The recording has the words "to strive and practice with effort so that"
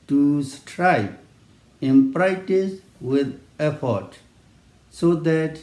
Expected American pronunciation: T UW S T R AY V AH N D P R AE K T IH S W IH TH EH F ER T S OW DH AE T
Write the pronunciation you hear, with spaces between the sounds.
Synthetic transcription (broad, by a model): T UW S T R AY P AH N P R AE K T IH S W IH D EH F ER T S OW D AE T